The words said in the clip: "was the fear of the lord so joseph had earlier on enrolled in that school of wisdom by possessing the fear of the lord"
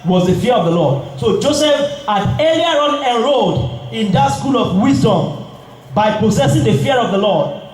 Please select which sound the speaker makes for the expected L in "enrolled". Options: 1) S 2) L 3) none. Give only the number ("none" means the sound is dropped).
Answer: 3